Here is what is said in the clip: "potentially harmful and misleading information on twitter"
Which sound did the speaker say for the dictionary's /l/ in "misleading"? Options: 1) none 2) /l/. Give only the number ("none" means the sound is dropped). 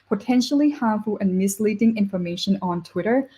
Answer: 2